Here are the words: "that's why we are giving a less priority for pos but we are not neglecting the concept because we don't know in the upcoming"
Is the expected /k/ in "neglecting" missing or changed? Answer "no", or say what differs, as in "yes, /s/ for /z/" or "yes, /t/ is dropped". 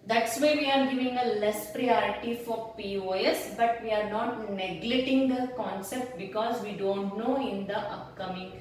yes, /k/ is dropped